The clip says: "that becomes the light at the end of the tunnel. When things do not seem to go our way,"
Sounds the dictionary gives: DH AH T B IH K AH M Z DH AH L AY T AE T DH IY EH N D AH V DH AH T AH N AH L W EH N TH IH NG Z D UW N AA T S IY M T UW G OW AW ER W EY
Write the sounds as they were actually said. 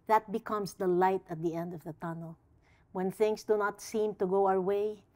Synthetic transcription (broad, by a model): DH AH T B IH K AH M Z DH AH L AY T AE T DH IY EH N D AH V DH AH T AH N AH L W EH N TH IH NG S D UW N AA T S IY M T UW G OW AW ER W EY